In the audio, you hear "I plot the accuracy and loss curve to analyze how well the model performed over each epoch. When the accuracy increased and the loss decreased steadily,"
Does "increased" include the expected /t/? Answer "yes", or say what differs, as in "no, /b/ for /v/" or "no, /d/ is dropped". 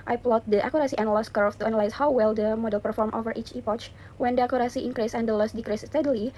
no, /t/ is dropped